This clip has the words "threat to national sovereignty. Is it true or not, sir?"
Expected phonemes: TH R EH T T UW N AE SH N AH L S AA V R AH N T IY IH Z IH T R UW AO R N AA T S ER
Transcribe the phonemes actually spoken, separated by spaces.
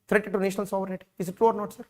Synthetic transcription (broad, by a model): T R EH T T UW N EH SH N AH L S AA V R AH T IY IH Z IH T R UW AO R N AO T S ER